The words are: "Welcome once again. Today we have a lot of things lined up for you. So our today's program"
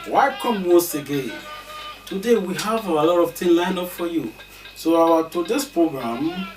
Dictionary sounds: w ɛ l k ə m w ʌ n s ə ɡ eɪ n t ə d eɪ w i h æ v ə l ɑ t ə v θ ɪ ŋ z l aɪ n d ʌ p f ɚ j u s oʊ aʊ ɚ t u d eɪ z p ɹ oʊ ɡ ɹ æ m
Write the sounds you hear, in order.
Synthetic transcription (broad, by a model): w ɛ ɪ k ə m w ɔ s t ə ɡ eɪ n t ə d eɪ w i h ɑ v ə l ɑ t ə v t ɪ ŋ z l aɪ n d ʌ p f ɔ j u s oʊ aʊ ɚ t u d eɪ s p ɹ oʊ ɡ ɹ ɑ m